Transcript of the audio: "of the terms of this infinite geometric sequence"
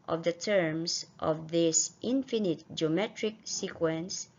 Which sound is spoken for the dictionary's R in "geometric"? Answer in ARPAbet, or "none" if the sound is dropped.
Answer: R